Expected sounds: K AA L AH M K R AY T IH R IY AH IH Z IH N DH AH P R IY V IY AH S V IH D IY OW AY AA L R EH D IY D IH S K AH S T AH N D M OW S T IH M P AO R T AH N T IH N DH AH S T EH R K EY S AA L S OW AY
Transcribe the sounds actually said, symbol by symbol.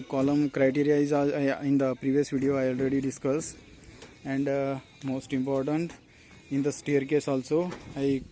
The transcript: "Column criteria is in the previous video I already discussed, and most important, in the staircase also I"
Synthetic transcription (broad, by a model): K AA L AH M K R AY T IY R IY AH IH Z IH N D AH P R IY V IY AH S V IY D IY OW AY AA L R EH D IY D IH S K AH S AH N D M OW S T IH M P AO R T AH N T IH N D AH S T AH R K EY S AA L S OW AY